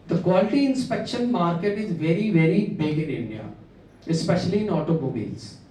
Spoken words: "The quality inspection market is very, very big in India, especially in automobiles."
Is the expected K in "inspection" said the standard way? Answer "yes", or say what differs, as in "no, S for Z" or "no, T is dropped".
yes